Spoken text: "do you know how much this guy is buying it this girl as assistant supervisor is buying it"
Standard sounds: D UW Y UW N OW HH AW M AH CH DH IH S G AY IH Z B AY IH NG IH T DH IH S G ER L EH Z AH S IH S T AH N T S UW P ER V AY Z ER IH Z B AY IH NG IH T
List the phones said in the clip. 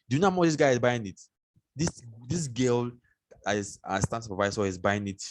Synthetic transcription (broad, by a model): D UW Y UW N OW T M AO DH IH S G AY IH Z B AY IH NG IH T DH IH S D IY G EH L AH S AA S T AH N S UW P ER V AY S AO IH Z B AY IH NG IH T